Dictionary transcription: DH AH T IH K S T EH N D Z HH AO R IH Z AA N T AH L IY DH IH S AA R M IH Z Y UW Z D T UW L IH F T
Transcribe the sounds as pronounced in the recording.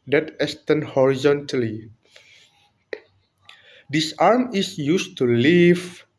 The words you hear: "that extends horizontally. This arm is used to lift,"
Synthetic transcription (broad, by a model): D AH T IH S T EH N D HH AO R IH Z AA N T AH L IY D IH S AA R M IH S Y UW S T UW L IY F